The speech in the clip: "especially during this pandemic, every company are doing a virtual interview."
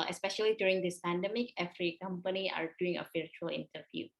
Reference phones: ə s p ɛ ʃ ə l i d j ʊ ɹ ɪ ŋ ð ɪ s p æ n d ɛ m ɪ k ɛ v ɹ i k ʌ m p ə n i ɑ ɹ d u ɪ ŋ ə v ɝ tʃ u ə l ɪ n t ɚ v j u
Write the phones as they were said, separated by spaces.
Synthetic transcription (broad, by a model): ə s p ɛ ʃ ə l i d j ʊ ɹ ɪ ŋ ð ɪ s p æ n d ɛ m ɪ k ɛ f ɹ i k ʌ m p ə n i ɑ ɹ d u ɪ ŋ ə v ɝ tʃ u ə l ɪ n t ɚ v j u